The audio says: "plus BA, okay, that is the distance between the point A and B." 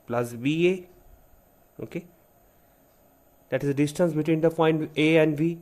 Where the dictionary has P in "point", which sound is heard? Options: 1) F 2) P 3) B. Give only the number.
1